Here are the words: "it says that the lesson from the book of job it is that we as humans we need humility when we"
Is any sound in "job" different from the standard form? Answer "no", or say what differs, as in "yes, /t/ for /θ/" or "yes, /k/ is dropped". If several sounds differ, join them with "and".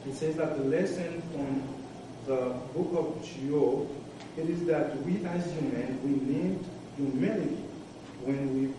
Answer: yes, /b/ is dropped